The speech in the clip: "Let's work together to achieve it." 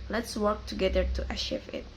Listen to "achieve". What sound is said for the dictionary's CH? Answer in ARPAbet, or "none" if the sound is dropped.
SH